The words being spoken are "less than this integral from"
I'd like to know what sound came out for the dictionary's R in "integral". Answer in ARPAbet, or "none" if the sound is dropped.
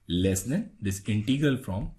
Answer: none